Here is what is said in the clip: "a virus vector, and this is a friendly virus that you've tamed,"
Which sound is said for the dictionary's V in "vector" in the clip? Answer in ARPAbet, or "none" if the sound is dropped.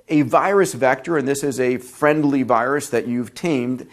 V